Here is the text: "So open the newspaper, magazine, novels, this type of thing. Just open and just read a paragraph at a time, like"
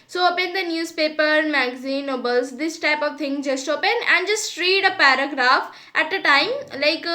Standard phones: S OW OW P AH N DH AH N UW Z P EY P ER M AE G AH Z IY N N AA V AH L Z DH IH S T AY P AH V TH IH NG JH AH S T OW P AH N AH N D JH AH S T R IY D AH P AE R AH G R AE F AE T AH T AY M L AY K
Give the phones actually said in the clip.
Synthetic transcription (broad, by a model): S OW OW P AH N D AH N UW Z P EY P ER M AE G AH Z IY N N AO B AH L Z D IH S T AY P AH V T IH NG JH AH S T OW P AH N AH N D JH AH S T R IY D AH P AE R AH G R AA F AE T AH T AY M L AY K